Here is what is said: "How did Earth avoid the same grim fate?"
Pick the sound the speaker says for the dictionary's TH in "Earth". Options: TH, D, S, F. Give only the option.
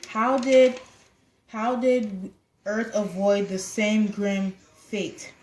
TH